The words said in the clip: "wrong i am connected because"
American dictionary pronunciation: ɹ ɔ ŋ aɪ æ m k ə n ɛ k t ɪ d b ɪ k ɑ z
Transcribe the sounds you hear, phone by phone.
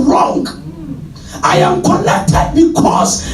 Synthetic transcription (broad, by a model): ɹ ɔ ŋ aɪ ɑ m k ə l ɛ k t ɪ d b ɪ k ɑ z